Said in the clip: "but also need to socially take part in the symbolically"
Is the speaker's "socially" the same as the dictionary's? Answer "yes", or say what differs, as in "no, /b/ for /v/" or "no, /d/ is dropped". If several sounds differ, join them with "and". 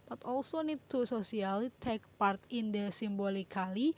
no, /s/ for /ʃ/